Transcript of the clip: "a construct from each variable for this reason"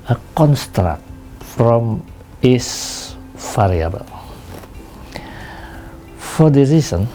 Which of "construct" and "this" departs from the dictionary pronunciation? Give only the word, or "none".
this